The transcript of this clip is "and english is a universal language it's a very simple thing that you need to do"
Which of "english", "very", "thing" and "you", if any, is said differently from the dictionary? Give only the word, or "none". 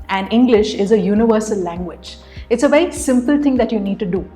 thing